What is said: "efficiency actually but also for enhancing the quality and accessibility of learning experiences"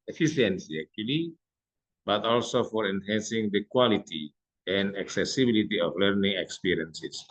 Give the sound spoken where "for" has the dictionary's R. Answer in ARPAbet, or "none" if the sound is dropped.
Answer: R